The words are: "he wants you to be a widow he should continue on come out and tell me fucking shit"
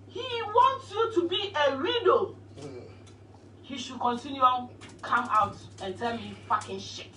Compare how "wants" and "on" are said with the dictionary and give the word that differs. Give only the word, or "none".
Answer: on